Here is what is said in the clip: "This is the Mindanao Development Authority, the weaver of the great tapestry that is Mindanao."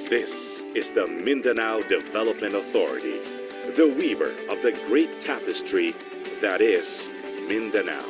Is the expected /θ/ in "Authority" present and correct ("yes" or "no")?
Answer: yes